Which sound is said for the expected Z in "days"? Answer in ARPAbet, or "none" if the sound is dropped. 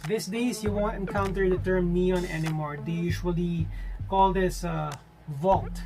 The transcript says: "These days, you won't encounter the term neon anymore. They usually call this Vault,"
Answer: S